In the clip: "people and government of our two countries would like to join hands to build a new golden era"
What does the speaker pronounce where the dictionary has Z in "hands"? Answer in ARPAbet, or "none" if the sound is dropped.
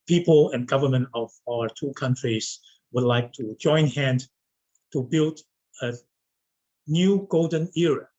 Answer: none